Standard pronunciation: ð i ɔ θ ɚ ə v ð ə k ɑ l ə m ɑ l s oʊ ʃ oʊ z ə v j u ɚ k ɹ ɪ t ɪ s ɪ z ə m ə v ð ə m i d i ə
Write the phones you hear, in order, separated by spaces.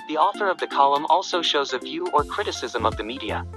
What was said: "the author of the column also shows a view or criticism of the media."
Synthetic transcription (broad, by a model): ð i ɔ θ ɚ ə v ð ə k ɑ l ə m ɑ l s oʊ ʃ oʊ z ə v j u ɚ k ɹ ɪ t ɪ s ɪ z ə m ə v ð ə m i d i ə